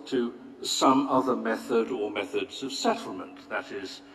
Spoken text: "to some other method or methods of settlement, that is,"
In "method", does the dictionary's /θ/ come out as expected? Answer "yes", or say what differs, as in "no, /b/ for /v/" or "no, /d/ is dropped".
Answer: yes